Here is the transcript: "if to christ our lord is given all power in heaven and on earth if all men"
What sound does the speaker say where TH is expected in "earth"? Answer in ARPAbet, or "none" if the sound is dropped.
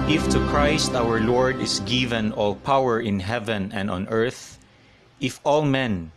TH